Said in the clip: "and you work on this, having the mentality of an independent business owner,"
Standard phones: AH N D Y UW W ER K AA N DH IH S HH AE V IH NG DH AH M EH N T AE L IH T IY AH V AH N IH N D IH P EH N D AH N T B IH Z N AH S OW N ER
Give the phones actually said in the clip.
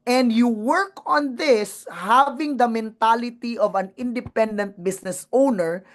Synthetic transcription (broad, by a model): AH N D Y UW W ER K AA N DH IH S HH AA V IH NG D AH M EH N T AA L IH T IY AH V AH N IH N D IH P EH N D AH N T B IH S N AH S OW N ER